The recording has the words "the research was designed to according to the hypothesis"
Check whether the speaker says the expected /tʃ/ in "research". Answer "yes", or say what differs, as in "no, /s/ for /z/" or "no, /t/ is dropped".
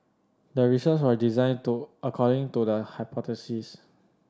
no, /s/ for /tʃ/